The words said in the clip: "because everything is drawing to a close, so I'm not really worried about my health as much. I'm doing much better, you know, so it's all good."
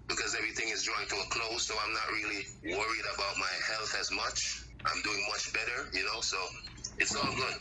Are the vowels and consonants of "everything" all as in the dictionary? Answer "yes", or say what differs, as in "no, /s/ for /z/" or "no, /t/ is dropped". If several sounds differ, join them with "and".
yes